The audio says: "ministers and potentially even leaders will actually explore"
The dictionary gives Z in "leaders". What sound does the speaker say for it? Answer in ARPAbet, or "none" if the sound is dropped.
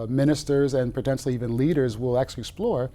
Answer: Z